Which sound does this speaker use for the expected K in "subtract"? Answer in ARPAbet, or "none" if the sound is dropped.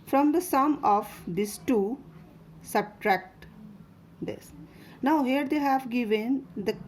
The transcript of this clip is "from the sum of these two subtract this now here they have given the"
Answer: K